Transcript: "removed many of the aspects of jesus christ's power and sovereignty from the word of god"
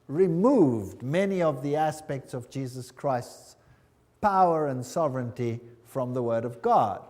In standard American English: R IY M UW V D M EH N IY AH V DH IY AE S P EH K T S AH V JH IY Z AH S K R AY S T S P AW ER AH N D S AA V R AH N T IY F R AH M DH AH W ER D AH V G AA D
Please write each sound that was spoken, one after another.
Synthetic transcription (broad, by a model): R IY M UW V D M EH N IY AH V DH IY AE S P EH K T S AH V JH IY Z AH S K R AY S T S P AW ER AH N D S AA V R AH N T IY F R AH M DH AH W ER D AH V G AA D